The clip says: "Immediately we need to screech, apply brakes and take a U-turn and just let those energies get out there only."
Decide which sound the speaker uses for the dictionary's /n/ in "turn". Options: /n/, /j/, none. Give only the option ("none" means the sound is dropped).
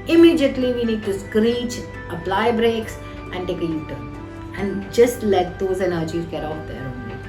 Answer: none